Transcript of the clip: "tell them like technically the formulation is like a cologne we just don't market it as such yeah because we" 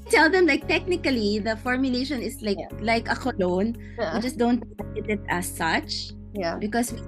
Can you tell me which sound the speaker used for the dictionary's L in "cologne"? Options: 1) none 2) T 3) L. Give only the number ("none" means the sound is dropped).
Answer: 3